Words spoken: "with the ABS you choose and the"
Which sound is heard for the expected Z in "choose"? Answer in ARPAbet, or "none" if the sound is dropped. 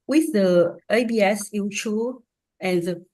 none